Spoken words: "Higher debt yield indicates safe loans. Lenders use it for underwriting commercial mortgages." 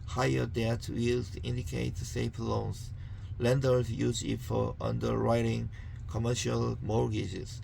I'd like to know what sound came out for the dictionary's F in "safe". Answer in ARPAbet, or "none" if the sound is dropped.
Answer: P